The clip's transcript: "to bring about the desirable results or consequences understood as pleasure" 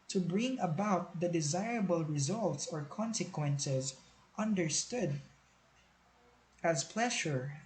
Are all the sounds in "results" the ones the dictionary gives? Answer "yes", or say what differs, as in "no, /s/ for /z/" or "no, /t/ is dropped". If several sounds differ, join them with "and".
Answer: yes